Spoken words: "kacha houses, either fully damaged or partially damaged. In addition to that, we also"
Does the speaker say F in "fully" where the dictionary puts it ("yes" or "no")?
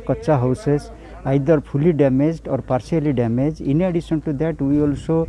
no